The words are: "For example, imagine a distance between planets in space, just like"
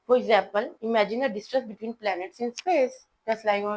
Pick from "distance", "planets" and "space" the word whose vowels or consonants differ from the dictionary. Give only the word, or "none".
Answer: distance